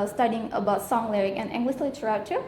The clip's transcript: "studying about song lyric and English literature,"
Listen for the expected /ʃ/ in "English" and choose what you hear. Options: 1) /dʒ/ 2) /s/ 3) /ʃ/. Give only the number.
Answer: 2